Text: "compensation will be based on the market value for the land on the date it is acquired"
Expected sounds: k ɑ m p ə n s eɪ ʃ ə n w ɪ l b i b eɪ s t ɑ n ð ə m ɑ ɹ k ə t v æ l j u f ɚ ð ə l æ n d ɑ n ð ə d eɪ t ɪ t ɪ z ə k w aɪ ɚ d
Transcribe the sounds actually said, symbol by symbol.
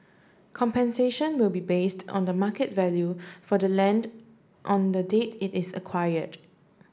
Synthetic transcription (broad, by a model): k ɑ m p ə n s eɪ ʃ ə n w ɪ l b i b eɪ s t ɑ n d ə m ɑ k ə t v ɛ l j u f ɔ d ə l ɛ n d ɑ n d ə d eɪ t ɪ t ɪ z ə k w aɪ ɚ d